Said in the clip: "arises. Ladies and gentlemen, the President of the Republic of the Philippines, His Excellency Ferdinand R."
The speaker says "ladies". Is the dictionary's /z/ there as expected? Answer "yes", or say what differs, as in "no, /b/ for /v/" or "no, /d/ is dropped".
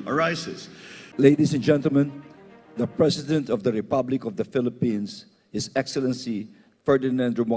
no, /s/ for /z/